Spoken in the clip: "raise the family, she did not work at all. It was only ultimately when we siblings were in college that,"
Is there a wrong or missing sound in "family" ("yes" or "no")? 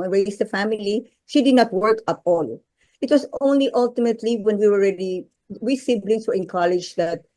no